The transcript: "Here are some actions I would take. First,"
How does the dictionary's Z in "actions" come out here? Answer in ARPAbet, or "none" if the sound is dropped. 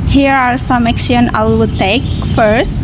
none